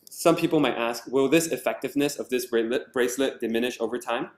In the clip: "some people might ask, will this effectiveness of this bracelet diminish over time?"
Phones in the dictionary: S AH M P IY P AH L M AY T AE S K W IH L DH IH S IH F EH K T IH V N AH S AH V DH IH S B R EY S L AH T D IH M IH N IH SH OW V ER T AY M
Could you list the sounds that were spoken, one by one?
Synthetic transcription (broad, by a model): S AH M P IY P L M AY T AE S K W IH L DH IH S IH F EH K T IH V N AH S AH V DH IH S B R EY S L AH T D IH M IH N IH SH OW V ER T AY M